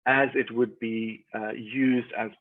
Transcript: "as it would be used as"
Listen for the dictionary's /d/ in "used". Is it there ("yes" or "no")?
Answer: yes